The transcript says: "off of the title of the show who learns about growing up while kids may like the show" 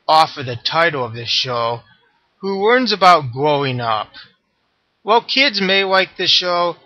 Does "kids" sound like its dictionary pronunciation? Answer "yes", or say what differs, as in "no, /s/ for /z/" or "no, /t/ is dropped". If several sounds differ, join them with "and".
yes